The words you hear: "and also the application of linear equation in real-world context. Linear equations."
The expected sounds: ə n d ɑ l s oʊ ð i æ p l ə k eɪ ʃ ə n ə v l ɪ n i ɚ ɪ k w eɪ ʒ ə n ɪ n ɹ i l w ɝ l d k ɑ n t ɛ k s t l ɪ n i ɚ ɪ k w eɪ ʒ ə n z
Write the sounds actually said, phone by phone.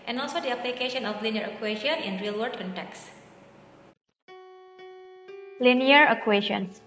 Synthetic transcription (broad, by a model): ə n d ɑ l s oʊ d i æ p l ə k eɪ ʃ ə n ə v l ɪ n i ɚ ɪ k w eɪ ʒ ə n ɪ n ɹ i l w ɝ d k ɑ n t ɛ k s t l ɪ n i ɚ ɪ k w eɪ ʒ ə n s